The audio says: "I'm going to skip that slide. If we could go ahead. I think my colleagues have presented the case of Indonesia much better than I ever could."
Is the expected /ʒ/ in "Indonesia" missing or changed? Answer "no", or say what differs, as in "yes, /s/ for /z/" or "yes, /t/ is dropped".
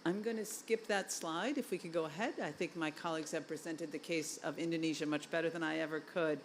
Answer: no